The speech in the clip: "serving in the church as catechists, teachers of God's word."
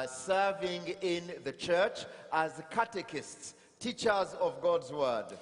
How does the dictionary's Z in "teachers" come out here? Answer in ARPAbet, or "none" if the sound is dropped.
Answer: Z